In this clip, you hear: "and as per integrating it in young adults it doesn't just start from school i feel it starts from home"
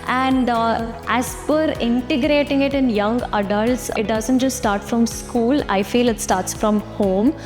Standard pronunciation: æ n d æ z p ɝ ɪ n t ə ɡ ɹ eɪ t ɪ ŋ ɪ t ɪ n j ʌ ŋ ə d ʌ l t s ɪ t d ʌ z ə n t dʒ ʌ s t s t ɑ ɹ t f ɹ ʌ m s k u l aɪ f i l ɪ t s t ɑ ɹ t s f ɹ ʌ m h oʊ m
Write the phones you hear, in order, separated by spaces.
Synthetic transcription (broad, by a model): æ n d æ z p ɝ ɪ n t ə ɡ ɹ eɪ t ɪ ŋ ɪ t ɪ n j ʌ ŋ ə d ʌ l t s ɪ t d ʌ z ə n t dʒ ʌ s t s t ɑ ɹ t f ɹ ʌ m s k u l aɪ f i l ɪ t s t ɑ ɹ t s f ɹ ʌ m h oʊ m